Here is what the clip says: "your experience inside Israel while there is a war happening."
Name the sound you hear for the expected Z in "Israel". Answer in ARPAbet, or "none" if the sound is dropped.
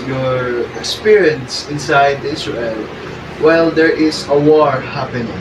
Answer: S